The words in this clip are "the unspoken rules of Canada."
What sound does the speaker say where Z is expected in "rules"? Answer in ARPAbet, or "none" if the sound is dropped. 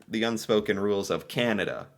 Z